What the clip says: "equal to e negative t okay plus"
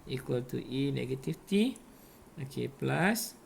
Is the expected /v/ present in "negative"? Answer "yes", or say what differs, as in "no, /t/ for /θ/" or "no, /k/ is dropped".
no, /f/ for /v/